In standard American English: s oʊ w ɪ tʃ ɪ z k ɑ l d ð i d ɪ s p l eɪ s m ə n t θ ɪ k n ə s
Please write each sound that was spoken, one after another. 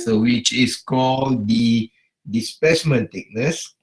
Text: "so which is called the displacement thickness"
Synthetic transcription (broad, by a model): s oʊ w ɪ tʃ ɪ s k ɑ l d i d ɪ s p eɪ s m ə n t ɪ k n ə s